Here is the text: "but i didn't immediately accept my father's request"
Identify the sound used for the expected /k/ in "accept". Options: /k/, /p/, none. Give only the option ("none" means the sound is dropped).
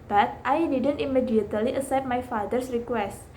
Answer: none